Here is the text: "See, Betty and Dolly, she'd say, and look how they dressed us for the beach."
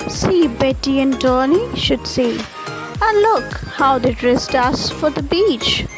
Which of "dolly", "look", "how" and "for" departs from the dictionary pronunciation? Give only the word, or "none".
dolly